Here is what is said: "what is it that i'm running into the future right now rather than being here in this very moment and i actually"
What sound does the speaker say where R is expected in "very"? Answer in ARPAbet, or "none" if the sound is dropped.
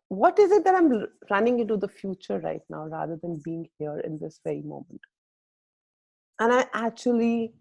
R